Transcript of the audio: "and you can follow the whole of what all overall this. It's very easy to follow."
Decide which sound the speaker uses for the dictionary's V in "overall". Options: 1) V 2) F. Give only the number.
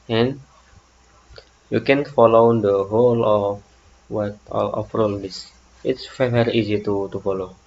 2